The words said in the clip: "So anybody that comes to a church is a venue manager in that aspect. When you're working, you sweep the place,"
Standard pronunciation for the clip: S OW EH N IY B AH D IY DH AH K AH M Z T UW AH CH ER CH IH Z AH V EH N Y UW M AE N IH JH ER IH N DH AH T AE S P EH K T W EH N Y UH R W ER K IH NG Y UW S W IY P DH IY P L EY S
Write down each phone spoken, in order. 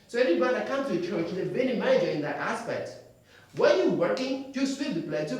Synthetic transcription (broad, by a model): S OW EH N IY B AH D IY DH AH K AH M T UW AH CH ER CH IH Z AH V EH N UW M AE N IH JH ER IH N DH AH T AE S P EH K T W EH N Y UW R W ER K IH NG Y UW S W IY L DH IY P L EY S